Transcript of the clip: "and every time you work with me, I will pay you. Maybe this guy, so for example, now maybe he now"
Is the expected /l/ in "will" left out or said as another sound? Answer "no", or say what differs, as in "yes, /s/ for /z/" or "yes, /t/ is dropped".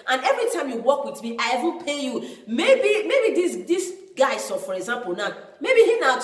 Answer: yes, /n/ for /l/